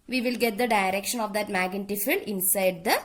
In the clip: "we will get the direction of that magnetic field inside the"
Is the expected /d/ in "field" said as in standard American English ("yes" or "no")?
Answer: no